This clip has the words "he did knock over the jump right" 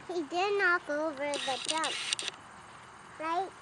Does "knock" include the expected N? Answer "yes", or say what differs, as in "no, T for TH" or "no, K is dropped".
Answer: yes